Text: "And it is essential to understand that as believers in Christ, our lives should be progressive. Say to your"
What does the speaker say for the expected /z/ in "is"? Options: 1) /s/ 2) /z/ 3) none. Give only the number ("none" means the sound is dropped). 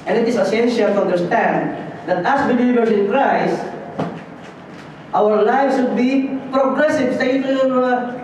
1